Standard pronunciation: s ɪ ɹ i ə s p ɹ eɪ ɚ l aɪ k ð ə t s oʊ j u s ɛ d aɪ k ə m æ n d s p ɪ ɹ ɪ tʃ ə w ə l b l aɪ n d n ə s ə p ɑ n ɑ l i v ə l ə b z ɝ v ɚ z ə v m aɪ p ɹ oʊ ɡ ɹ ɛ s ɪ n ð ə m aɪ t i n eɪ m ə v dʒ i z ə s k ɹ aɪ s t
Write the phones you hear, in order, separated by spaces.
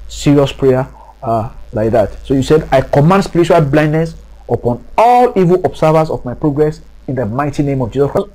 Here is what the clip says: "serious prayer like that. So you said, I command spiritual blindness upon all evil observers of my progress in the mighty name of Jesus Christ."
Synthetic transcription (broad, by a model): s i ɹ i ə s p ɹ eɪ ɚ l aɪ k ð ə t s oʊ j u s ɛ d aɪ k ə m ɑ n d s p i ɹ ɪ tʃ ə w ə l b l aɪ n d n ə s ə p ɑ n ɑ l i v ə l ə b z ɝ v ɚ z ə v m aɪ p ɹ oʊ ɡ ɹ ɛ s ɪ n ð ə m aɪ t i n eɪ m ə v dʒ i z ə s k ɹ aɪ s